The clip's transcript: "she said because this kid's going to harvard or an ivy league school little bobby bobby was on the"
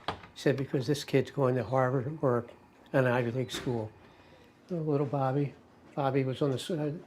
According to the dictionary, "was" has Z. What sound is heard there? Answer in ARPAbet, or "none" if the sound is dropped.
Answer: Z